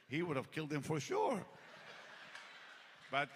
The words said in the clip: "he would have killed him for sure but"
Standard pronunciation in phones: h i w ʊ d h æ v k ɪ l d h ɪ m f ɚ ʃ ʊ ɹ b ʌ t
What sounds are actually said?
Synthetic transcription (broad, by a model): h i w ʊ d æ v k ɪ l d h ɪ m f ɚ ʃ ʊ ɹ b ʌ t